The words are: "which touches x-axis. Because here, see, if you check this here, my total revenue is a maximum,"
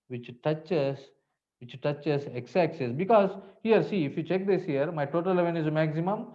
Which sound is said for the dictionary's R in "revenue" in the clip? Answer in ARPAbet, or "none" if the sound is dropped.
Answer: L